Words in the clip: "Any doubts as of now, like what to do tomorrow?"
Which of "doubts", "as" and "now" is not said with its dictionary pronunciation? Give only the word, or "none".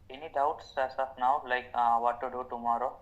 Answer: as